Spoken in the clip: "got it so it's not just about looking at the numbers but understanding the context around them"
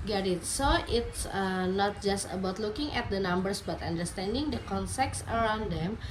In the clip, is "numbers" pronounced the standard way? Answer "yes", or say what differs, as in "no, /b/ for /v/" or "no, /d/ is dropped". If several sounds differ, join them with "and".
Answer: no, /s/ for /z/